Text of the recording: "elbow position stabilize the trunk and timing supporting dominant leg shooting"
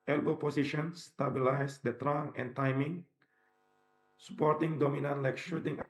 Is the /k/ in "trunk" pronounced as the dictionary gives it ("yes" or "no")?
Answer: no